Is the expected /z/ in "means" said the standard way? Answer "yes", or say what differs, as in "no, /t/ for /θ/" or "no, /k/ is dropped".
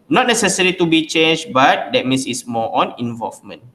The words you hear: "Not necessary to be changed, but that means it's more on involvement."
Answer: no, /s/ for /z/